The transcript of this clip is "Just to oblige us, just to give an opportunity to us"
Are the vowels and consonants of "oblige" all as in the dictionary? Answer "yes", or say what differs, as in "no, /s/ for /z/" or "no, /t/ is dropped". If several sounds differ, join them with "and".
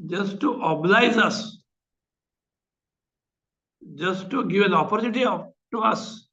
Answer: no, /z/ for /dʒ/